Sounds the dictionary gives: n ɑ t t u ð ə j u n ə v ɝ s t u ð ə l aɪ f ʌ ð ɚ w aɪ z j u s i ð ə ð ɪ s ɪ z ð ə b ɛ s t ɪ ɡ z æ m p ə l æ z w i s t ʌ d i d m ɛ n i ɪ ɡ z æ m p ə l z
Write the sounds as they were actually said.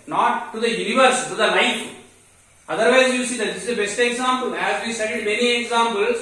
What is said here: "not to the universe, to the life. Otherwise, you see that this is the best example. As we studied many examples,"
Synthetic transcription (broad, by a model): n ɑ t t u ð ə j u n ə v ɝ s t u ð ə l aɪ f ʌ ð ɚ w aɪ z j u s i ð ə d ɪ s ɪ z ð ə b ɛ s t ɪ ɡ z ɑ m p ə l æ z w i s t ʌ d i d m ɛ n i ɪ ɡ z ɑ m p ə l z